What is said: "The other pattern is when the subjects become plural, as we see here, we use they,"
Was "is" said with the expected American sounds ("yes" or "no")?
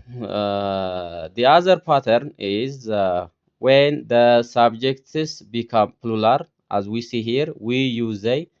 yes